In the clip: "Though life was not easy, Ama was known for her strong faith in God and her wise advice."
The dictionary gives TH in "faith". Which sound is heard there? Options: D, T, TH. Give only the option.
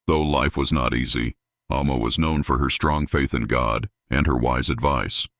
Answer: TH